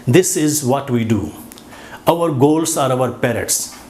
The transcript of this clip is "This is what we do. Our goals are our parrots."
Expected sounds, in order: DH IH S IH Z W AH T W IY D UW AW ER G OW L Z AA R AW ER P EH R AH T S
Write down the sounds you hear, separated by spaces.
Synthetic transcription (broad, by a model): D IH S IH Z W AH T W IY D UW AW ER G OW L S AA R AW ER P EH R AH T S